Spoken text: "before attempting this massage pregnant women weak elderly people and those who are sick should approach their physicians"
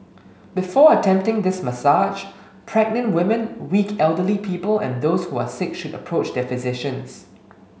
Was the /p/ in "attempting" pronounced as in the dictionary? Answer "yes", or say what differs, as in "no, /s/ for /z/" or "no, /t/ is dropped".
yes